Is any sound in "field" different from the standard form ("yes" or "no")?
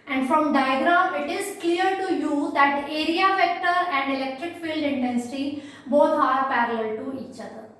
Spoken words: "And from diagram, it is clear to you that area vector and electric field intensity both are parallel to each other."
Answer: no